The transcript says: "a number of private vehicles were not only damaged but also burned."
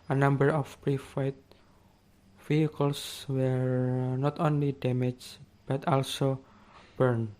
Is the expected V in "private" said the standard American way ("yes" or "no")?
no